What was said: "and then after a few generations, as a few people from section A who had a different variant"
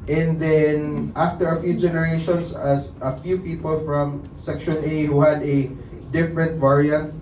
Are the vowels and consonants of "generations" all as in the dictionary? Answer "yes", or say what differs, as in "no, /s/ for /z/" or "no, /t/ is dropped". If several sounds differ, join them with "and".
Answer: no, /s/ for /z/